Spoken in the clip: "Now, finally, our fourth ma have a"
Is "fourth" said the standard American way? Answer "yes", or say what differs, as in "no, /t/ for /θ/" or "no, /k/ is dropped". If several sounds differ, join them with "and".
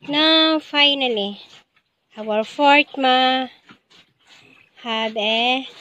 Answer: no, /t/ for /θ/